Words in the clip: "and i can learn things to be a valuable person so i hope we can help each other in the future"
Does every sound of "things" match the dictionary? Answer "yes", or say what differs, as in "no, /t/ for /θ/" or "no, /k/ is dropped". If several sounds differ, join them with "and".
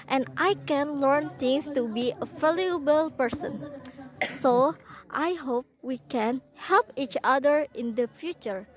no, /t/ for /θ/ and /s/ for /z/